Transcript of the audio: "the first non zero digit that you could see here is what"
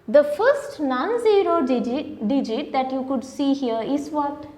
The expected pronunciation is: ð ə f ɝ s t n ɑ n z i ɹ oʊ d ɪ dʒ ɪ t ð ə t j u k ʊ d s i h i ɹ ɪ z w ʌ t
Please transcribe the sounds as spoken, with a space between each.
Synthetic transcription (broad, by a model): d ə f ɝ s t n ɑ n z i ɹ oʊ d ɪ dʒ ɪ t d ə t j u k ʊ d s i h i ɹ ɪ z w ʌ t